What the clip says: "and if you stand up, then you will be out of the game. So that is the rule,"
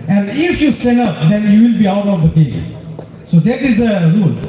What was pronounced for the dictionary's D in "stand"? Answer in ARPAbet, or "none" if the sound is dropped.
none